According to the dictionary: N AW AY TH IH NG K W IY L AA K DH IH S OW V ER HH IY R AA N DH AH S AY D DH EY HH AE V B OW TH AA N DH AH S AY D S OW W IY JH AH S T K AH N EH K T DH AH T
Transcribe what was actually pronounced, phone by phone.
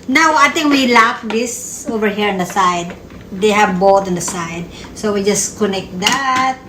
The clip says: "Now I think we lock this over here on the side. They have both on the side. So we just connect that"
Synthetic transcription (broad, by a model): N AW AY T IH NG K W IY L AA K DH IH S OW V ER HH IY R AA N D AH S AY D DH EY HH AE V B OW T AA N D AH S AY D S OW W IY JH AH S K AH N EH K T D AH T